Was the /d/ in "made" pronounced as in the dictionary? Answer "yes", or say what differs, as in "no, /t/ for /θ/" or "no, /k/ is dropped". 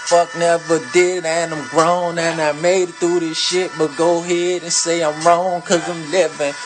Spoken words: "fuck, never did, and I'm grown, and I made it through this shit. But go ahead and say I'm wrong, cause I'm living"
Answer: no, /d/ is dropped